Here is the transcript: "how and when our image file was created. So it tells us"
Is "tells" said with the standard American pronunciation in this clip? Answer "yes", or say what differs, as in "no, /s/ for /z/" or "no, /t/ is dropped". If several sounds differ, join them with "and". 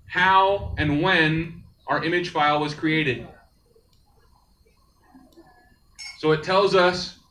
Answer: yes